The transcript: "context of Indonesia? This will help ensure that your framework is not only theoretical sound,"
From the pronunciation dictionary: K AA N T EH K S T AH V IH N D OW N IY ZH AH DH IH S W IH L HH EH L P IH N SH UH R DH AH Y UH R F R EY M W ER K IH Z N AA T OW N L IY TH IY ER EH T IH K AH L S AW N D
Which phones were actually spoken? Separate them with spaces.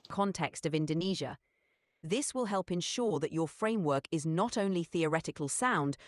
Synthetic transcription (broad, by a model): K AA N T EH K S T AH V IH N D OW N IY ZH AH DH IH S W IH L HH EH L P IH N SH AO DH AH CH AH F R EY M W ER K IH Z N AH T OW N L IY TH IY ER EH T IH K AH L S AW N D